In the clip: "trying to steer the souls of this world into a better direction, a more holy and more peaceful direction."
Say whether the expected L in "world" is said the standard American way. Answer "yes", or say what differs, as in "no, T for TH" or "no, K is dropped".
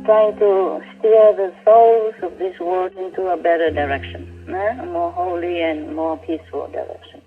no, L is dropped